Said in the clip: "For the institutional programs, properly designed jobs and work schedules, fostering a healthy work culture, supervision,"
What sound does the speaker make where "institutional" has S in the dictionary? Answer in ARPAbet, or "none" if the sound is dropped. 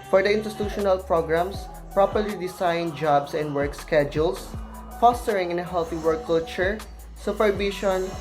none